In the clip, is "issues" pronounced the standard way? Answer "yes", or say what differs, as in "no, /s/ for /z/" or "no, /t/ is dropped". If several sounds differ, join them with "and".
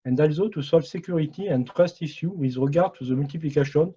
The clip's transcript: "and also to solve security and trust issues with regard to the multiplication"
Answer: no, /z/ is dropped